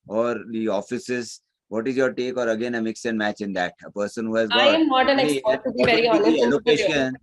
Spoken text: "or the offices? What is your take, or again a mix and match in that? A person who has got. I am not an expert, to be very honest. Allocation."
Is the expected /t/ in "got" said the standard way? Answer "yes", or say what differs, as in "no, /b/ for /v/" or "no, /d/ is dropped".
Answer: no, /t/ is dropped